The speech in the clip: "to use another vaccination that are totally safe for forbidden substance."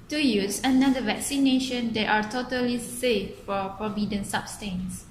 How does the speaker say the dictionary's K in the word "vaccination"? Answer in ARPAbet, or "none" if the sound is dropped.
K